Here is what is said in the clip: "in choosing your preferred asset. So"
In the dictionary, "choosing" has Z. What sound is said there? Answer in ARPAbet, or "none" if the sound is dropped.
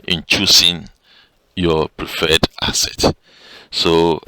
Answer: S